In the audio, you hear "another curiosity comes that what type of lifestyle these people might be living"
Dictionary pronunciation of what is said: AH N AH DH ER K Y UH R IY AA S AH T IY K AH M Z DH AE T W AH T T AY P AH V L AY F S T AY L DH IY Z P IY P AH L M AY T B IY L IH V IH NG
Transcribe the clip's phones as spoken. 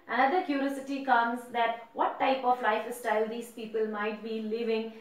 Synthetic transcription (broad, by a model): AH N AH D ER K Y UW R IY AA S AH T IY K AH M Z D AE T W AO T T AY P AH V L AY F S T AY L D IY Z P IY P AH L M AY T B IY L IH V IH NG